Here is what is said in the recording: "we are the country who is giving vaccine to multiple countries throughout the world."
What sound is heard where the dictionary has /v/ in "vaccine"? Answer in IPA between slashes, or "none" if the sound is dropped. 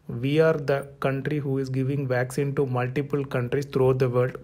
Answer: /v/